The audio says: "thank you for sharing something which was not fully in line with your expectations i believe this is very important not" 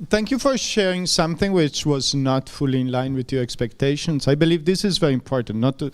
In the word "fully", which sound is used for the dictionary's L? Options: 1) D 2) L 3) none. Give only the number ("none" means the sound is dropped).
2